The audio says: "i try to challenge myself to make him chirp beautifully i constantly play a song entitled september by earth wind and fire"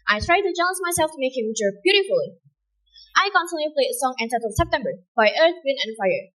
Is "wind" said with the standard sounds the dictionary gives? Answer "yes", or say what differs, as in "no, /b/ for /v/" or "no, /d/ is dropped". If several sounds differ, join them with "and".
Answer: no, /d/ is dropped